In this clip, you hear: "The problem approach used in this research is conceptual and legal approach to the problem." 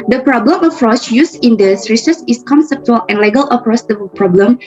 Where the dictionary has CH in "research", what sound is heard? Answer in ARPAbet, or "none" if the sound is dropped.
S